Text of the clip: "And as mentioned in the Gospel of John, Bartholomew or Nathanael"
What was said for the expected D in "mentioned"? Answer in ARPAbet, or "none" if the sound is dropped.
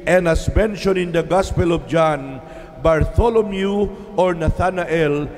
none